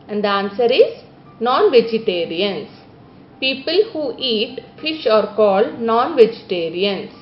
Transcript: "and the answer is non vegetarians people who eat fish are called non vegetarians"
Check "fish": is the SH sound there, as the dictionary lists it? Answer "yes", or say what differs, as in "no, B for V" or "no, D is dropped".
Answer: yes